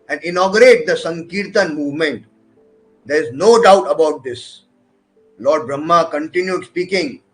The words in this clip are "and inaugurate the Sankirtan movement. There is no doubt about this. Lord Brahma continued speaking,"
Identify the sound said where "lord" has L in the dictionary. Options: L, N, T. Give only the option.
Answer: L